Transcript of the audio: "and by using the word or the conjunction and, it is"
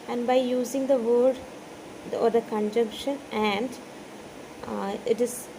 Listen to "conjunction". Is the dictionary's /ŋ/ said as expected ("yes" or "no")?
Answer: yes